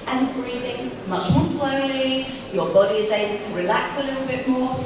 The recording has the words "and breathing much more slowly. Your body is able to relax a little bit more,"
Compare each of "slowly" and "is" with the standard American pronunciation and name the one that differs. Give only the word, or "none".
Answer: none